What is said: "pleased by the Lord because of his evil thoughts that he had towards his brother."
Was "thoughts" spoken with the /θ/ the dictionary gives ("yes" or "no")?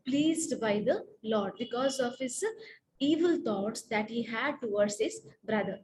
no